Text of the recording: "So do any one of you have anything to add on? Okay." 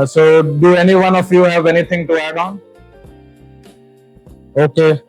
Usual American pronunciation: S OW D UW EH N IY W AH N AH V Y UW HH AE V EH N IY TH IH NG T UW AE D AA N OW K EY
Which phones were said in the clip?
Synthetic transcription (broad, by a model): S OW D UW EH N IY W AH N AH F Y UW HH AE V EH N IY T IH NG T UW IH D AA N OW K EY